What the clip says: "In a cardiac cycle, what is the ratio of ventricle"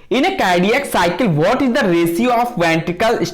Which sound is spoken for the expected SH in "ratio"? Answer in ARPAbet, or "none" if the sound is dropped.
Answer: S